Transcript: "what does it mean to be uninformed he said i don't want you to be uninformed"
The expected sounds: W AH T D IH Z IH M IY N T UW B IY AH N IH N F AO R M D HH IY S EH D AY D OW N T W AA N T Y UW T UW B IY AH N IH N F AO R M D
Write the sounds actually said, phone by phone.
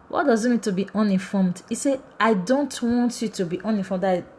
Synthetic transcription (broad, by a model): W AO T D IH Z IH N IY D T UW B IY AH N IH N F AO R M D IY S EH AY D OW N T W AA N T Y UW T UW B IY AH N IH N F AO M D